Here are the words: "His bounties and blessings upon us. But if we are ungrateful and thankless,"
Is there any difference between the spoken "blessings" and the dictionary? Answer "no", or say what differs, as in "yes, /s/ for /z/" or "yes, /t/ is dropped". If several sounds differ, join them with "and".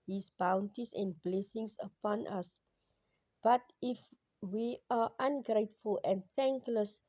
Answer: yes, /s/ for /z/